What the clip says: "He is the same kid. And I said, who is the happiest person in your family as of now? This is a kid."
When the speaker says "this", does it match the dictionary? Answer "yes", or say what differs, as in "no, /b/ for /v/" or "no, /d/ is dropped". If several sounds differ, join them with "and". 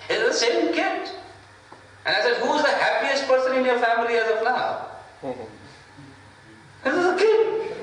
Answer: no, /s/ is dropped